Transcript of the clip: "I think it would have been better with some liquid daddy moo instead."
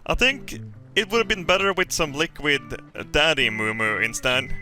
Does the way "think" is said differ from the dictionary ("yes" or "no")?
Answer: no